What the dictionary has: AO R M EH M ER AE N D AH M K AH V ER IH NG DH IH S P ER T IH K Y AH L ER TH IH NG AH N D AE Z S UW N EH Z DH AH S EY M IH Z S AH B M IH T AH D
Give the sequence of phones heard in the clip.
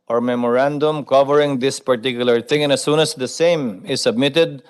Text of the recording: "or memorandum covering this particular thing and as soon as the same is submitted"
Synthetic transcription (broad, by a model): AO R M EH M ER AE N D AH M K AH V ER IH NG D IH S P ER T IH K Y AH L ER T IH NG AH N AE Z S UW N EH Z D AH S EY M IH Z S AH B M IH T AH D